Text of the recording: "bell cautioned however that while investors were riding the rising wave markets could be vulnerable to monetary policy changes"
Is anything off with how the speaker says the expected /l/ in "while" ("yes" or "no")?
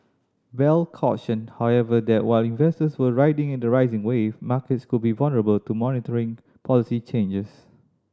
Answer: no